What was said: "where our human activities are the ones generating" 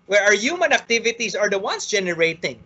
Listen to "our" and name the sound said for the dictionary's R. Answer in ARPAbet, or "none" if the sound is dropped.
R